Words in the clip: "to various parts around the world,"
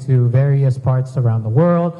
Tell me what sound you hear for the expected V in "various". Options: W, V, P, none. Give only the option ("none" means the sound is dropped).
V